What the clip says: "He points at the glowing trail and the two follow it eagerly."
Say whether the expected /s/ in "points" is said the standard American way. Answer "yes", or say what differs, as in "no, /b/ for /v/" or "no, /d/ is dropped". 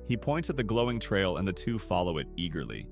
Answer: no, /s/ is dropped